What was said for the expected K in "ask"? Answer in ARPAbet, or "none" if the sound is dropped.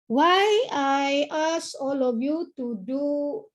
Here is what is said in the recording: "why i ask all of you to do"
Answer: none